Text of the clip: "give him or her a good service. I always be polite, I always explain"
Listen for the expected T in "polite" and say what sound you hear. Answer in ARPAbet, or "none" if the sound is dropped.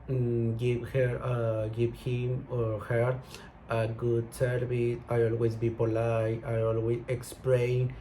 none